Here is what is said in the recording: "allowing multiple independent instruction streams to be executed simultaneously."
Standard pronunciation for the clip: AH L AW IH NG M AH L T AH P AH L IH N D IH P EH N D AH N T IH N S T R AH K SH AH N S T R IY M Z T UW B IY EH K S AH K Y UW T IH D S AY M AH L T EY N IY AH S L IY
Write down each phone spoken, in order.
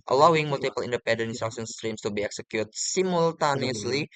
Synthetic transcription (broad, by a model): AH L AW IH NG M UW L T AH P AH L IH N D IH P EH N D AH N IH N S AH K S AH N S T R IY M S T UW B IY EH K S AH K Y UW T S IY M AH L T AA N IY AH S L IY